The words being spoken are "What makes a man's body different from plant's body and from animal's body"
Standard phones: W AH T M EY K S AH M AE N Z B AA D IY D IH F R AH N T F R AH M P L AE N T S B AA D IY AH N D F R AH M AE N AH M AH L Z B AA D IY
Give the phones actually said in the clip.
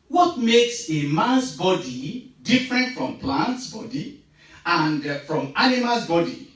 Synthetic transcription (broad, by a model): W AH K M EY K S AH M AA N S B AA D IY D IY F R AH N T F R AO M P L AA N T S B AA D IY AH N D F R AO M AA N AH M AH L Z B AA D IY